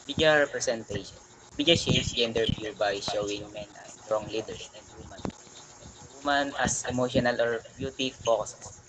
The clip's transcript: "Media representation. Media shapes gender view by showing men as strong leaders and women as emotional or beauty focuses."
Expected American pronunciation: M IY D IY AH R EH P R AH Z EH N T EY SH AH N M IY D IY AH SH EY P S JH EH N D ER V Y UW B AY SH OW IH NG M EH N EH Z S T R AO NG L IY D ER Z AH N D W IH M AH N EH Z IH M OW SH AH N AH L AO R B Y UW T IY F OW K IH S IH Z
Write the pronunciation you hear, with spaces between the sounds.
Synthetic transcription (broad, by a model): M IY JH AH R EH P R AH S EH N T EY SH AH N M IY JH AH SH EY S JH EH N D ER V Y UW B AY SH OW IH NG M EH N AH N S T R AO NG L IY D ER AH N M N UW M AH N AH S IH M OW SH AH N AH L AO R B Y UW T IY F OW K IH S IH